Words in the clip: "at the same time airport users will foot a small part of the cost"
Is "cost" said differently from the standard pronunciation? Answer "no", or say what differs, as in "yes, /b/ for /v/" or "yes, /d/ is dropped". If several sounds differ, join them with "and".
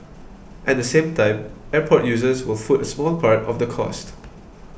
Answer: no